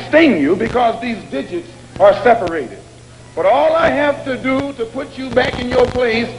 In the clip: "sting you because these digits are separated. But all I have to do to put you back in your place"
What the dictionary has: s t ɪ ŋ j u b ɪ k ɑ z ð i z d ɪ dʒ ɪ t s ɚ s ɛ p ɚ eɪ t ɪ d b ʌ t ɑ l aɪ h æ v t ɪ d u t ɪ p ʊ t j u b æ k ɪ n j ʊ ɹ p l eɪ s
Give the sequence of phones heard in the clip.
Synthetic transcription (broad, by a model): s t ɪ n j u b ɪ k ɑ z ð i z d ɪ dʒ ɪ t s ɚ s ɛ p ɚ eɪ t ɪ d b ʌ t ɑ l aɪ h æ f t ɪ d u t ɪ p ʊ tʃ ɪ b æ k ɪ n j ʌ ɹ p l eɪ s